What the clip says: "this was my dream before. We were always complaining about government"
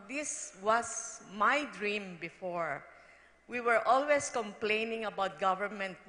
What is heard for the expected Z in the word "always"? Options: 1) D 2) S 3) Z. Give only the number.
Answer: 2